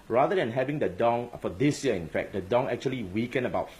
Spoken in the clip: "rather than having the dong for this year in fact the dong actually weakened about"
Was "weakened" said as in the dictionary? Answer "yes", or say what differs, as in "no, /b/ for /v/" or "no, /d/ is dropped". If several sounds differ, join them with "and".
no, /d/ is dropped